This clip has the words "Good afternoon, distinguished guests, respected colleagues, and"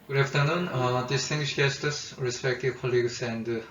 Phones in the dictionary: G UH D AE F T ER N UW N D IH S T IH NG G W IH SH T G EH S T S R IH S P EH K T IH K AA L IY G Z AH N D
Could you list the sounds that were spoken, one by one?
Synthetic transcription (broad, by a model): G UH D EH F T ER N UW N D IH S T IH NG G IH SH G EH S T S R IH S P EH K T IH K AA L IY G S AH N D